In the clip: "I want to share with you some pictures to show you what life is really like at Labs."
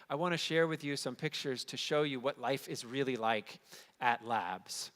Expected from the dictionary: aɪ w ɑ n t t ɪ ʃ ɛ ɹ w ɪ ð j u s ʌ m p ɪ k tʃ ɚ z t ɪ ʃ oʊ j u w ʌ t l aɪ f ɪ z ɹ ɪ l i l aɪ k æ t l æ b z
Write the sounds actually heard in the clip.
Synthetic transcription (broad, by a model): aɪ w ɑ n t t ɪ ʃ ɛ ɹ w ɪ ð j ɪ s ʌ m p ɪ k tʃ ɚ z t ɪ ʃ oʊ j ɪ w ʌ t l aɪ f ɪ z ɹ ɪ l i l aɪ k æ t l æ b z